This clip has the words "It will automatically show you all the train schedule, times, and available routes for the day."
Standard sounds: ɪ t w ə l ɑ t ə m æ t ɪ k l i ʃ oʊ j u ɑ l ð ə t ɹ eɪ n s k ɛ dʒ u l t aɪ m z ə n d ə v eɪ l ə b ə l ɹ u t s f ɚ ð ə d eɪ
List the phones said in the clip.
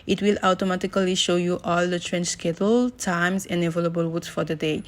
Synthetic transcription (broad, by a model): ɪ t w ə l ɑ t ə m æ t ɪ k l i ʃ oʊ j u ɑ l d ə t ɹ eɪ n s k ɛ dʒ l t aɪ m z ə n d ə v eɪ l ə b ə l w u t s f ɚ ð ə d eɪ